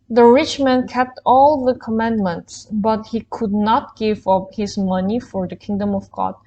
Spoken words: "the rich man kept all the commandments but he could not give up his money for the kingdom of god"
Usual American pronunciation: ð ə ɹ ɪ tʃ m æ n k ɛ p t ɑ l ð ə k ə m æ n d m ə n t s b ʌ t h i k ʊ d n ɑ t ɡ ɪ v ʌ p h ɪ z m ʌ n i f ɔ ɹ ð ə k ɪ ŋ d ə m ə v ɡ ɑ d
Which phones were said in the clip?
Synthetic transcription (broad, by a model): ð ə ɹ ɪ tʃ m æ n k ɛ p t ɑ l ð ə k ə m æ n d m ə n t s b ʌ t h i k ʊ d n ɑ t ɡ ɪ v ʌ p h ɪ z m ʌ n i f ɔ ɹ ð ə k ɪ ŋ d ə m ə v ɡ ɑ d